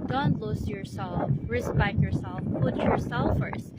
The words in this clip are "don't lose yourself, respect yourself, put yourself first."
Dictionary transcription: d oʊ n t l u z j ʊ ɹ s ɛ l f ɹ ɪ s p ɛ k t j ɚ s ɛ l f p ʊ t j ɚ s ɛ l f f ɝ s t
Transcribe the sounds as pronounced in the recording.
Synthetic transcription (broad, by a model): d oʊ n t l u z j ʊ ɹ s ɛ l f ɹ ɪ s b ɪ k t j ɚ s ɛ l f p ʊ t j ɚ s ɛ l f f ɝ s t